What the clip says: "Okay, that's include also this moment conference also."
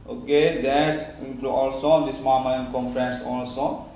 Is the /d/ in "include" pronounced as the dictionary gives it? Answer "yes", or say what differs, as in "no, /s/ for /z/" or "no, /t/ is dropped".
no, /d/ is dropped